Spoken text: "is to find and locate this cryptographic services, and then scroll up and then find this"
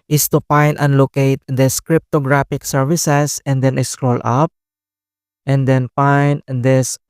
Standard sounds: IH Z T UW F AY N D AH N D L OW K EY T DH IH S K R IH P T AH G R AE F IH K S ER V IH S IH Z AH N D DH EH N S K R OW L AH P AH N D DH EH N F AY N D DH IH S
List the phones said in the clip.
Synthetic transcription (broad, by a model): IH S T UW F AY N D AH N L OW K EY T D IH S K R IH P T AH G R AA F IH K S ER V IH S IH S AH N D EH N S K R OW L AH P AH N D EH N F AY N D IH S